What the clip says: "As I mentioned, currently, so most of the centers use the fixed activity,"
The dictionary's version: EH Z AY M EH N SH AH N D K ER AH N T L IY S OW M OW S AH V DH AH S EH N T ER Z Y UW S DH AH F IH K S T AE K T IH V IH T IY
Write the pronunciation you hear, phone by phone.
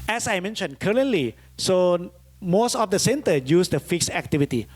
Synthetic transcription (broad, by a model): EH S AY M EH N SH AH N K ER AH N T L IY S OW M OW S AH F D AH S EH N T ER Y UW S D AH F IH K S AE K T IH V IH T IY